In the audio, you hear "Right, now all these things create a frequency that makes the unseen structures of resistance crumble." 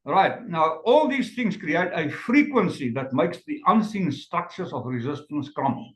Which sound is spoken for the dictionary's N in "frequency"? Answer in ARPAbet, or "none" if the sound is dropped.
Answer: N